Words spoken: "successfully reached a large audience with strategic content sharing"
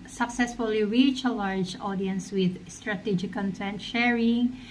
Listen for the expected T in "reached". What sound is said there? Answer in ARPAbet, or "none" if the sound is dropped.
none